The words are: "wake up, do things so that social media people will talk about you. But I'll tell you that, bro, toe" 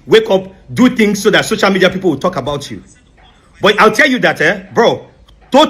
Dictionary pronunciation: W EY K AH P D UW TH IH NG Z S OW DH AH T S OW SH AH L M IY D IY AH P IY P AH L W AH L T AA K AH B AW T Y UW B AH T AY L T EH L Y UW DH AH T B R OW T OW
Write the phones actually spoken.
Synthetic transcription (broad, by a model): W EY K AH P D UW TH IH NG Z S OW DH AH T S OW SH AH L M IY D IY AH P IY P AH L W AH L T AA K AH B AW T Y UW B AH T AY L T EH L Y UW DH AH T B R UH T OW